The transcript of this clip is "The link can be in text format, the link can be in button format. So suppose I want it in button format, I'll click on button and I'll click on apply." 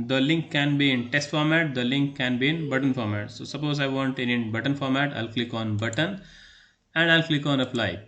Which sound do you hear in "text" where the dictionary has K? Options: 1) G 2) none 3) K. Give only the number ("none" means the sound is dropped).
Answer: 2